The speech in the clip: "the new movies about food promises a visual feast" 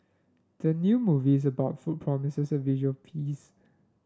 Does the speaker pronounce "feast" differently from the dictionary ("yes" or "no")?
yes